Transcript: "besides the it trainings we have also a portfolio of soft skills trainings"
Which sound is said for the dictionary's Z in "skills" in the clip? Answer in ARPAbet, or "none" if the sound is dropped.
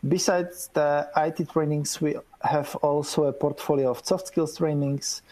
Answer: S